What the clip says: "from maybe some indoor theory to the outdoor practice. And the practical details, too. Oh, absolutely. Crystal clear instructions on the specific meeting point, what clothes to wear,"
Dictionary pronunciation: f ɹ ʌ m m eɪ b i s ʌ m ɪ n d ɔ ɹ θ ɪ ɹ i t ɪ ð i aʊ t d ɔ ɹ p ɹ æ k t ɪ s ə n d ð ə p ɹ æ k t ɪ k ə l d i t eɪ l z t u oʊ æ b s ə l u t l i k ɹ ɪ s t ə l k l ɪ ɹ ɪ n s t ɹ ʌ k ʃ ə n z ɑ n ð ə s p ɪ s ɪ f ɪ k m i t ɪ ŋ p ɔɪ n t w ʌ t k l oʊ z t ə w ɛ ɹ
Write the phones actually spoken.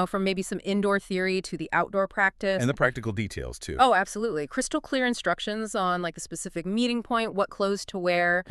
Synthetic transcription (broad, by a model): f ɹ ʌ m m eɪ b i s ʌ m ɪ n d ɔ ɹ θ ɪ ɹ i t ɪ ð i aʊ t d ɔ ɹ p ɹ æ k t ɪ s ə n ð ə p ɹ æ k t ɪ k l d i t eɪ l z t u oʊ æ b s ə l u t l i k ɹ ɪ s t l k l ɪ ɹ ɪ n s t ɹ ʌ k ʃ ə n z ɑ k ð ə s p ɪ s ɪ f ɪ k m i t ɪ ŋ p ɔɪ n t w ʌ t k l oʊ z t ə w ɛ ɹ